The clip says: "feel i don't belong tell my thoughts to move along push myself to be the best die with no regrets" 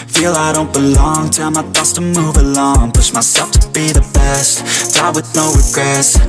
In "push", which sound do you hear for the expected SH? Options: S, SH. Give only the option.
S